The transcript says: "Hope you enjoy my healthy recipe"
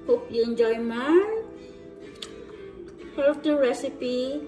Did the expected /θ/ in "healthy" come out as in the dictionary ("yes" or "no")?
no